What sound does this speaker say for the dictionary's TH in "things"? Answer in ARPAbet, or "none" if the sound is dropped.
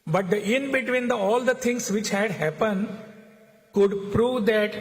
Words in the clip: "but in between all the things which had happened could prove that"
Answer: T